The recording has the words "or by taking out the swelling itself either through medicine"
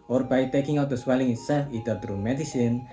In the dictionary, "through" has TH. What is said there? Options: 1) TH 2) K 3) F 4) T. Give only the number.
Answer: 4